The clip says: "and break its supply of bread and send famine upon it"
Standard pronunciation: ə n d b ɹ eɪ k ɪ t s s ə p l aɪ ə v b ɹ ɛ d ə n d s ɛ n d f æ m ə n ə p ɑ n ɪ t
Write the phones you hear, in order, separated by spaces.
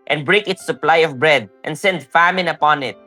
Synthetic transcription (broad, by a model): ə n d b ɹ eɪ k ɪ t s s ə p l aɪ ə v b ɹ ɛ d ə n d s ɛ n d f æ m ə n ə p ɑ n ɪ t